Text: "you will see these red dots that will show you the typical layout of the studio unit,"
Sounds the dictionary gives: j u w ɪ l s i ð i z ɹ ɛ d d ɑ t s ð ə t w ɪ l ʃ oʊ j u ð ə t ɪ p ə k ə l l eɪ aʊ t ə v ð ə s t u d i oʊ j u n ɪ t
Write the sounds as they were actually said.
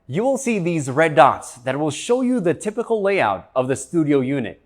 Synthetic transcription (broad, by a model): j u w ɪ l s i ð i z ɹ ɛ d d ɑ t s ð ə t w ɪ l ʃ oʊ j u ð ə t ɪ p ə k l l eɪ aʊ t ə v ð ə s t u d i oʊ j u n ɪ t